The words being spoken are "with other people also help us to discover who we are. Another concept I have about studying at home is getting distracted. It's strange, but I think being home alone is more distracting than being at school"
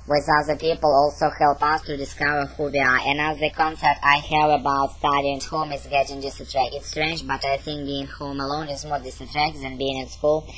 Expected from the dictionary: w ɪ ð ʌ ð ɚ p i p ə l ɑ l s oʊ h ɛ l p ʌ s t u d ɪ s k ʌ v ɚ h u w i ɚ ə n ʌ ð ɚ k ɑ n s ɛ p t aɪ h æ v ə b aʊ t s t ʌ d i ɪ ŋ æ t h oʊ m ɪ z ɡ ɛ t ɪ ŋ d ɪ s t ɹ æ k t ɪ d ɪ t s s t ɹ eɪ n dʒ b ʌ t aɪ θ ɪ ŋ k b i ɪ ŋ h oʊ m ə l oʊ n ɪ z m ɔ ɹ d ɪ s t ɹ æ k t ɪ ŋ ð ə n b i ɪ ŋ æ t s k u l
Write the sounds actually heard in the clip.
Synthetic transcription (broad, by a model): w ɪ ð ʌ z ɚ p i p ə l ɑ l s oʊ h ɛ l p ʌ s t u d ɪ s k ʌ v ɚ h u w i ɚ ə n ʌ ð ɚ k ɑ n s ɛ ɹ t aɪ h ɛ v ə b aʊ t s t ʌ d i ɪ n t h oʊ m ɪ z ɡ ɛ t ɪ ŋ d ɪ s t ɪ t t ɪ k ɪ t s s t ɹ eɪ n dʒ b ʌ t aɪ θ ɪ ŋ k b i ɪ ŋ h oʊ m ə l oʊ n ɪ z m ɔ ɹ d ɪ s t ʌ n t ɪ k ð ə n b i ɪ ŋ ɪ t s k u l